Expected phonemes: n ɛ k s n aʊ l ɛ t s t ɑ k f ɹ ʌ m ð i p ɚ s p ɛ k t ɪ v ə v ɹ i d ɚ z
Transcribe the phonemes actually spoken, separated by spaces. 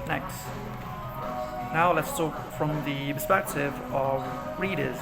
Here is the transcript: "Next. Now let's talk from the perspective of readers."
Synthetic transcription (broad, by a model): n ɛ k s n aʊ l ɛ t s t ɑ k f ɹ ʌ m ð i p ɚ s p ɛ k t ɪ v ə v ɹ i d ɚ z